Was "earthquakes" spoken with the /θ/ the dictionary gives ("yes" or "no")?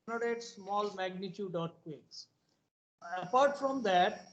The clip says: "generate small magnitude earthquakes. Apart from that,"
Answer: no